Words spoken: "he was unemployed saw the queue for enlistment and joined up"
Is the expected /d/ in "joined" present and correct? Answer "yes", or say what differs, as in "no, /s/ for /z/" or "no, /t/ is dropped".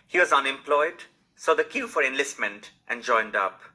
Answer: yes